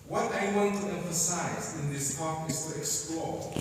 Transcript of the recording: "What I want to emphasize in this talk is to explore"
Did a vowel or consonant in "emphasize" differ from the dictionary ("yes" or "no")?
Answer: no